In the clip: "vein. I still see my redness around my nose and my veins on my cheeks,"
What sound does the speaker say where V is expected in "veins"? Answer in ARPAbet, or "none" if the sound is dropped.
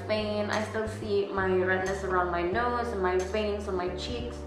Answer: F